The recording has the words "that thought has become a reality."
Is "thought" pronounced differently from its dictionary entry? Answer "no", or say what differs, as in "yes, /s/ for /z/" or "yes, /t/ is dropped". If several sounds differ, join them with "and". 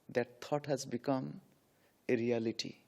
yes, /t/ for /θ/